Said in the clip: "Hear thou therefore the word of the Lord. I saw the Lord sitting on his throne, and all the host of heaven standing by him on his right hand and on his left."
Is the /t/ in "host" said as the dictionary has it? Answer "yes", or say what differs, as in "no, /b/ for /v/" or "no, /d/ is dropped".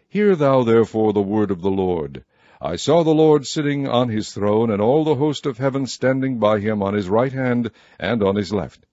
yes